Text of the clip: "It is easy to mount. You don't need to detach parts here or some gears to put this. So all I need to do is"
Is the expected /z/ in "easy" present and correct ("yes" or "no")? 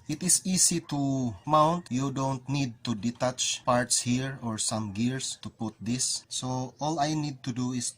no